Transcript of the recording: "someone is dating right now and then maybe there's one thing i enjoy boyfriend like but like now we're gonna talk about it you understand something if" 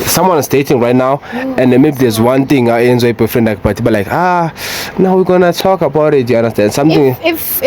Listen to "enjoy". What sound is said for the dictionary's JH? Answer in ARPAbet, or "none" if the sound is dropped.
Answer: Z